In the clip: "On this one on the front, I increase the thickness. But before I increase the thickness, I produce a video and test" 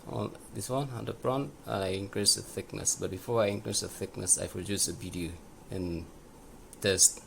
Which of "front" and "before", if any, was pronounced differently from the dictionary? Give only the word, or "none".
front